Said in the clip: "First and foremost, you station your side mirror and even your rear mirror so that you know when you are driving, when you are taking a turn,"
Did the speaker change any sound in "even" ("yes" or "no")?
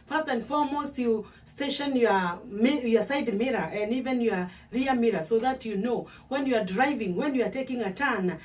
no